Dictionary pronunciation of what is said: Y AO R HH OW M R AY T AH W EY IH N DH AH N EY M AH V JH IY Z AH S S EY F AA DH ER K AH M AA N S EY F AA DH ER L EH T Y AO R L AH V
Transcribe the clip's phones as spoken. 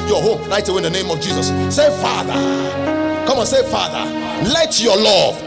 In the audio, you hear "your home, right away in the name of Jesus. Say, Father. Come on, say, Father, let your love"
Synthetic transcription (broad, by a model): Y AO HH OW M L AY T AH W EY IH N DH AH N EY M AH V JH IY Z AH S S EY F AA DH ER K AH M AA N S EY F AA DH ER L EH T Y AO L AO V